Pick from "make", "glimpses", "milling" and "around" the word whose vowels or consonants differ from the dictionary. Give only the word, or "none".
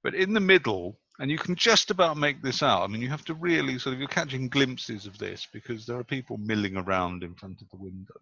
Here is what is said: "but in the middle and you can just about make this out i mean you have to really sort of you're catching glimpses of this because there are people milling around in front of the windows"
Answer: none